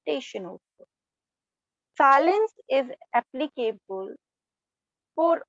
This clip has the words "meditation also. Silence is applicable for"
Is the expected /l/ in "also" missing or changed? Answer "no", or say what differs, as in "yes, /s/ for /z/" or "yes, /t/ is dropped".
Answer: yes, /l/ is dropped